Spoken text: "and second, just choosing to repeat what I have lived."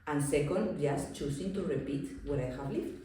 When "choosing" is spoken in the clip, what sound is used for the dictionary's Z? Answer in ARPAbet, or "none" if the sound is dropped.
S